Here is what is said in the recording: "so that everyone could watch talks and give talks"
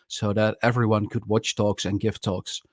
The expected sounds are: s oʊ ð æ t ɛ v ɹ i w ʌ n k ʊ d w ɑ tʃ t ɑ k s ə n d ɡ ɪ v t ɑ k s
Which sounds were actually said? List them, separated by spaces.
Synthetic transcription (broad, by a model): s oʊ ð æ t ɛ v ɹ i w ʌ n k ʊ d w ɑ tʃ t ɑ k s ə n ɡ ɪ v t ɑ k s